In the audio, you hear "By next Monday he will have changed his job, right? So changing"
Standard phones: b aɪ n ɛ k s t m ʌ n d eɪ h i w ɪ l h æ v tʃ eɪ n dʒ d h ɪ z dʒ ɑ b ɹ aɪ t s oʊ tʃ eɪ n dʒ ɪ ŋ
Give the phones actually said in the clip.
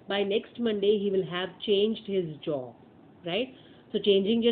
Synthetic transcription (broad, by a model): b aɪ n ɛ k s t m ʌ n d eɪ h i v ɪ l h æ v tʃ eɪ n dʒ d h ɪ z dʒ ɑ b ɹ aɪ t s oʊ tʃ eɪ n dʒ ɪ ŋ